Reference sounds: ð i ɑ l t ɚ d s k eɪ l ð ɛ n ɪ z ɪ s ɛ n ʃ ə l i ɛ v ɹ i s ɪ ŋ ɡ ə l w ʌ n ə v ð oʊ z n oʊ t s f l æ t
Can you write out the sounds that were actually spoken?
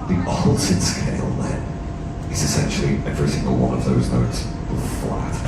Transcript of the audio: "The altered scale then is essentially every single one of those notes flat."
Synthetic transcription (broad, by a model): ð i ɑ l s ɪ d s k eɪ l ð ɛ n ɪ z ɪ s ɛ n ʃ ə l i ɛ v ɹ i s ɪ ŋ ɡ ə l w ʌ n ə v ð oʊ z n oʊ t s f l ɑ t